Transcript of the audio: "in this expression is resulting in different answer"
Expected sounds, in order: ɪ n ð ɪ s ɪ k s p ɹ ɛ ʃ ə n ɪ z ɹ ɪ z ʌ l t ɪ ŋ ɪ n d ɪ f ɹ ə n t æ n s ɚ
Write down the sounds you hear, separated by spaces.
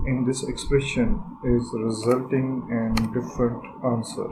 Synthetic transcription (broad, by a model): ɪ n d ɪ s ɪ k s p ɹ ɛ ʃ ə n ɪ z ɹ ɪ z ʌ l t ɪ ŋ ɪ n d ɪ f ɹ ə n t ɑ n s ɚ